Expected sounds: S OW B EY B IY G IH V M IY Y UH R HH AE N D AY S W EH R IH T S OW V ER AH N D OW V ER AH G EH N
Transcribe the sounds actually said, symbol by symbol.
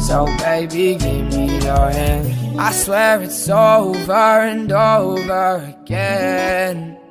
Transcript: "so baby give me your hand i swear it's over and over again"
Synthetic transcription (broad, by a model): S OW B EY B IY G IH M M IY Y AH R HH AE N AY S W EH R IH T S OW V ER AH N D OW V ER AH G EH N